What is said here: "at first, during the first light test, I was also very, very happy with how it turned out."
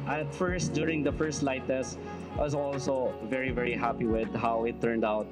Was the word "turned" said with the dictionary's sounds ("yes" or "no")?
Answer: yes